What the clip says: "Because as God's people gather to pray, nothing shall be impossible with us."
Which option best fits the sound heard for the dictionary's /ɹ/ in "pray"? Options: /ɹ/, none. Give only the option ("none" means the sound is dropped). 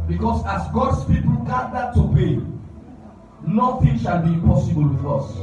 none